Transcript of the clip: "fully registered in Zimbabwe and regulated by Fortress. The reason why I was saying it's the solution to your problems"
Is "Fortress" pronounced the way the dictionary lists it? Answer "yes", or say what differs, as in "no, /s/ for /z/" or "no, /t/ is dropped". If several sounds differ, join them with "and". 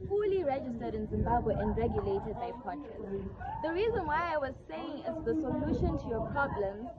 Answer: no, /p/ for /f/